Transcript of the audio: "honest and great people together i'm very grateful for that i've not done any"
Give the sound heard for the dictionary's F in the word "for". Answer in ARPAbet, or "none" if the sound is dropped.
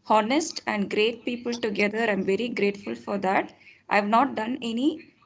F